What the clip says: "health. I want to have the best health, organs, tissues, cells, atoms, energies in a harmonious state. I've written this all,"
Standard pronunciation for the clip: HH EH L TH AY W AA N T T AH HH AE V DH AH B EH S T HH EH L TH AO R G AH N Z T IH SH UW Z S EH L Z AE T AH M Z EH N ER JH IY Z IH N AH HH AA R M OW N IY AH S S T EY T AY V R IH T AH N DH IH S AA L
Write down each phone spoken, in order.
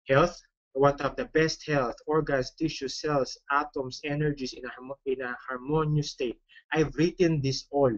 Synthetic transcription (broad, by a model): HH EH L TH W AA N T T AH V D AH B EH S T HH EH L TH AO R G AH N S T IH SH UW S EH L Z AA T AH M S EH N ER JH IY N IH N AH HH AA R M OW N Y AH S S T EY T AY V R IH T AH N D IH S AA L